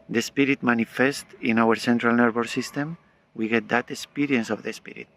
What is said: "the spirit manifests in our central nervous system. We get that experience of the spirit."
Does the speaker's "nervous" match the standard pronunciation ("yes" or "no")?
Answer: no